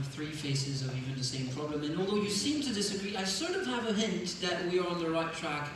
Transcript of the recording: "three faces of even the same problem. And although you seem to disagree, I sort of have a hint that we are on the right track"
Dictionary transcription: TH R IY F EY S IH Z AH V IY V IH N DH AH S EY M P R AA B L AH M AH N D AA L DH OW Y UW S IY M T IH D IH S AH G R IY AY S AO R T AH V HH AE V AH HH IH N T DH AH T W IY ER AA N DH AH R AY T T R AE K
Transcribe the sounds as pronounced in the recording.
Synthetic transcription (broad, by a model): TH R IY F EY S IH Z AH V IY V IH N DH AH S EY M P R AA B L AH M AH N AA L DH OW Y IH S IY M T IH D IH S AH G R IY AY S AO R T AH V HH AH V AH HH IH N T DH AH T W IY ER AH N DH AH R AY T T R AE K